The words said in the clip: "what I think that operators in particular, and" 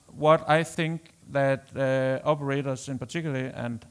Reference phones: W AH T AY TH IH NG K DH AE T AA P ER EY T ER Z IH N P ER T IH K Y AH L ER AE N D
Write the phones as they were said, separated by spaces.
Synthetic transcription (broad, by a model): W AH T AY TH IH NG K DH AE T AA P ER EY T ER S IH N P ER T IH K Y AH L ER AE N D